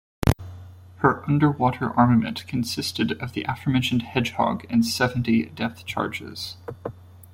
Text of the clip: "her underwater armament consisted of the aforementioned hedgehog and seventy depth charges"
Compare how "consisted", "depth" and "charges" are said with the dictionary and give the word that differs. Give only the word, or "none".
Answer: none